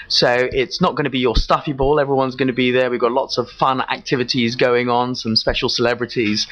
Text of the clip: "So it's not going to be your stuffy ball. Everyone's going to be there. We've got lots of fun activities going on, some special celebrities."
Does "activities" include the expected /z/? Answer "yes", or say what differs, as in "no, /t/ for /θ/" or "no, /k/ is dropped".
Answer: yes